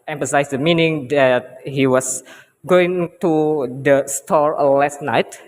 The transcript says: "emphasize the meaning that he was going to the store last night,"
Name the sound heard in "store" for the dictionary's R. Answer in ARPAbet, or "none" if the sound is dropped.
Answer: R